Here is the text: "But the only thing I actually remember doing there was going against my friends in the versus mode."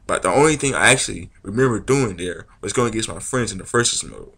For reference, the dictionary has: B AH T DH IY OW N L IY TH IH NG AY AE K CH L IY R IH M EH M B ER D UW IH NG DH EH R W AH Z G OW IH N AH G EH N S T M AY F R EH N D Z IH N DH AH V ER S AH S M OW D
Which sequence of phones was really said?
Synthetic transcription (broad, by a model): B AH T DH IY OW N L IY TH IH NG AY AE K CH L IY R IH M EH M B ER D UW IH NG DH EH R W AH Z G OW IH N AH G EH S M AY F R EH N D Z IH N DH AH F ER S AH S M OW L